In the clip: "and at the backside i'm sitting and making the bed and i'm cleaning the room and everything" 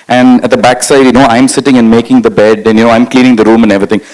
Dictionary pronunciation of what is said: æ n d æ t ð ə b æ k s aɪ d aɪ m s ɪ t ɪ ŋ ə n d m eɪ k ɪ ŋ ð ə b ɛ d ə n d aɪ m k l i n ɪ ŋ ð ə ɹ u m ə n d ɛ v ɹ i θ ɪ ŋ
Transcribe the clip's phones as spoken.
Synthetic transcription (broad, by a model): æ n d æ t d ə b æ k s aɪ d aɪ m s ɪ t ɪ ŋ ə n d m eɪ k ɪ ŋ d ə b ɛ d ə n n aɪ m k l i n ɪ ŋ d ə ɹ u m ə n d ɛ v ɹ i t ɪ ŋ